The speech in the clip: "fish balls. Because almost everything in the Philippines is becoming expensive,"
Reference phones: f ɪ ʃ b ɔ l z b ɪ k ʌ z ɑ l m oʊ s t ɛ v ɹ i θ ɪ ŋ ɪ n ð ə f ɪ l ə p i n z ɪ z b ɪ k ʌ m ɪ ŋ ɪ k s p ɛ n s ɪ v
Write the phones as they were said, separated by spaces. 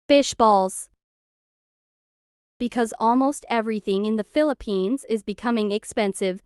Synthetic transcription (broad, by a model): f ɪ ʃ b ɔ l z b ɪ k ʌ z ɑ l m oʊ s t ɛ v ɹ i θ ɪ ŋ ɪ n ð ə f ɪ l ə p i n z ɪ z b ɪ k ʌ m ɪ ŋ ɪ k s p ɛ n s ɪ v